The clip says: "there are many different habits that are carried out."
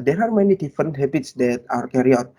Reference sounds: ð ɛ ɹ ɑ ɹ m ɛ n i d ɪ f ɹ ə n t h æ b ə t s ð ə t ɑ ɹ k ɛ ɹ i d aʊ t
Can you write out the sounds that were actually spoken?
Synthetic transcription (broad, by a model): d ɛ ɹ ɑ ɹ m ɛ n i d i f ɹ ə n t h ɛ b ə t s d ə t ɑ ɹ k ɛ ɹ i ɔ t